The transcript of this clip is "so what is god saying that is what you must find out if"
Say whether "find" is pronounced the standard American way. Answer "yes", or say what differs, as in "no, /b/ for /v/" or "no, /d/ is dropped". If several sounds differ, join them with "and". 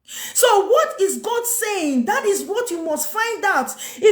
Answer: yes